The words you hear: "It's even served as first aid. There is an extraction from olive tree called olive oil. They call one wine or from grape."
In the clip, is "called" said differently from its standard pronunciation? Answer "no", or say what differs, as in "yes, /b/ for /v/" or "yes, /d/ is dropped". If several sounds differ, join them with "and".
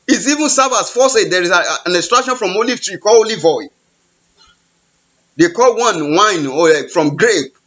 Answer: yes, /d/ is dropped